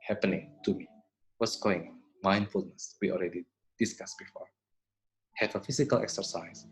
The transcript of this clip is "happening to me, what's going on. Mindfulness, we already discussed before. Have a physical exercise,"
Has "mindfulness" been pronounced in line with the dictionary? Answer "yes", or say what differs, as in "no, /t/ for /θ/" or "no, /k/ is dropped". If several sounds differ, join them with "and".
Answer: yes